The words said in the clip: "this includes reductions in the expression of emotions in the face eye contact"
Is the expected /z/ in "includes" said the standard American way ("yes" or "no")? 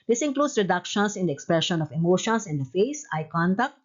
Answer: no